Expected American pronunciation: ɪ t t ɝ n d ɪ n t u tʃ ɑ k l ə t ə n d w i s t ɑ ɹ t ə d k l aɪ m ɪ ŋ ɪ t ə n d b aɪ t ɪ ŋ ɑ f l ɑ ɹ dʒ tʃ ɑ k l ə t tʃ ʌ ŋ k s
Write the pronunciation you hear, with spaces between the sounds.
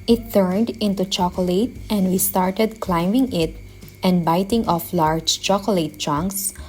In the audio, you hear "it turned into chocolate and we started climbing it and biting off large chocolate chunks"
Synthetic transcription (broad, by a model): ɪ t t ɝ n d ɪ n t u tʃ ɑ k l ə t ə n d w i s t ɑ ɹ t ə d k l aɪ m ɪ ŋ ɪ t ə n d b aɪ t ɪ ŋ ɑ f l ɑ ɹ dʒ tʃ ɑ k l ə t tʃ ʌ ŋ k s